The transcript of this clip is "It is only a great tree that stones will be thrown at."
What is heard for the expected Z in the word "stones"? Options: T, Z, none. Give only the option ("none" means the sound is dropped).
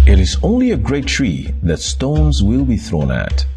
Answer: Z